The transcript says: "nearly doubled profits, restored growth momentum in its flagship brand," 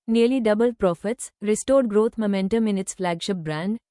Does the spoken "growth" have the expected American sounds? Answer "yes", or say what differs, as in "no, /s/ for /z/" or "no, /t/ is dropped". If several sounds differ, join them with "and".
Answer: no, /t/ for /θ/